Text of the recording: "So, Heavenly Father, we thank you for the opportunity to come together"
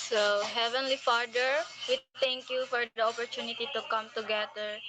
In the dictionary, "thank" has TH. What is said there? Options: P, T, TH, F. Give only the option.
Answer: T